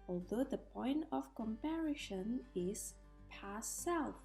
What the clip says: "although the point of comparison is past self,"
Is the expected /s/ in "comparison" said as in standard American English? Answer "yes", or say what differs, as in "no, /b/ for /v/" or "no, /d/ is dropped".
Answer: no, /ʃ/ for /s/